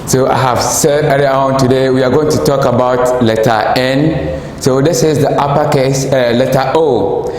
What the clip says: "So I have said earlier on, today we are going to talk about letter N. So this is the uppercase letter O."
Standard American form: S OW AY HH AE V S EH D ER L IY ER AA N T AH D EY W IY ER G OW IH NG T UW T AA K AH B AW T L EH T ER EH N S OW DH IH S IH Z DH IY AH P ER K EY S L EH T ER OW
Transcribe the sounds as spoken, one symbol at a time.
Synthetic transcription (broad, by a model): S OW AY HH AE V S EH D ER IY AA AA N T AH D EY W IY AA G OW IH NG T UW T AA K AH B AW T L EH T ER EH N S OW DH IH S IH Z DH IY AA P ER K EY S L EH T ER OW